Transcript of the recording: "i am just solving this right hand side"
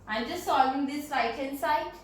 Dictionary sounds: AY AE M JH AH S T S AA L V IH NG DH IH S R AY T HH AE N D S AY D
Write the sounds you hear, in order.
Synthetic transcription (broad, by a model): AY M JH AH S T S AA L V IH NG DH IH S L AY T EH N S AY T